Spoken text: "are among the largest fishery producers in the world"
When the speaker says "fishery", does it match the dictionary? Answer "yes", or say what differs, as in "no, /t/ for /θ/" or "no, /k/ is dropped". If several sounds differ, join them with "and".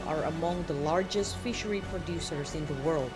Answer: yes